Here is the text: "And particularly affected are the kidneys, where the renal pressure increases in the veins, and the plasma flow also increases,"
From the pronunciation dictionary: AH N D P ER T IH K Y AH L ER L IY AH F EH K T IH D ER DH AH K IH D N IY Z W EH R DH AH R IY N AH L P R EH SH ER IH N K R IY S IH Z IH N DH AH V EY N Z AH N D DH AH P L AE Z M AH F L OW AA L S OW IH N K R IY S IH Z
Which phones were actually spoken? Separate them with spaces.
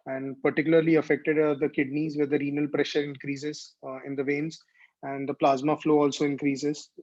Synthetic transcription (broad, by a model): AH N D P ER T IH K Y AH L ER L IY AH F EH K T IH D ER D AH K IH D N IY Z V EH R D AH R IY N AH L P R EH SH ER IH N K R IY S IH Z IH N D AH V EY N Z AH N D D AH P L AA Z M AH F L OW AA L S OW IH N K R IY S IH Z